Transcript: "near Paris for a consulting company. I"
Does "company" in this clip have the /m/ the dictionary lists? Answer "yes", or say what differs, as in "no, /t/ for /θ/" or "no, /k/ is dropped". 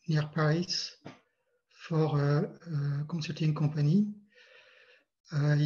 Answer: no, /m/ is dropped